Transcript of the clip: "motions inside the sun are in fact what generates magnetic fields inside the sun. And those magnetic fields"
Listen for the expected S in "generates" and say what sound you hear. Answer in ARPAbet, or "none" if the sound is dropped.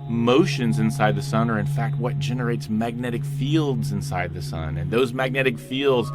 S